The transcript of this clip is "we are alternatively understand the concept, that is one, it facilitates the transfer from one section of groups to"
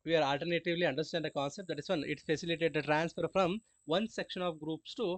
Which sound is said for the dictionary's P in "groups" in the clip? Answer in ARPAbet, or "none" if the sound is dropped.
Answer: P